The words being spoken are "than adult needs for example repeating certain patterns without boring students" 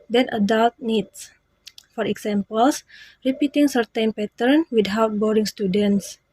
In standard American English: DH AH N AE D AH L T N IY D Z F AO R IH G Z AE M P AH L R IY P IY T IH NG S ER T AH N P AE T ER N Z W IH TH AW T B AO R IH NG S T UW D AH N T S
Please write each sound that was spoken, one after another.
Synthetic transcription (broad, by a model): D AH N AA D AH L T N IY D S F AO R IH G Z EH M P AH L R IY P IY T IH NG S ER T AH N P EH T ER N W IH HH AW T B AO R IH NG S T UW D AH N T S